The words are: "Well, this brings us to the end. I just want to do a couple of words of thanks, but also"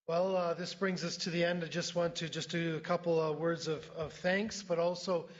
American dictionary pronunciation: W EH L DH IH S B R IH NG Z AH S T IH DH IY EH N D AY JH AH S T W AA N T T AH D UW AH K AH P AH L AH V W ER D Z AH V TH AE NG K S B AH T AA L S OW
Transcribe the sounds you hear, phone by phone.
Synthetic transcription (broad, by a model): W EH L DH IH S B R IH NG Z AH S T IH DH IY EH N D AY JH AH S T W AA N T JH AH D AH K AH P L W ER D Z AH V TH AE NG K S B AH T AA L S OW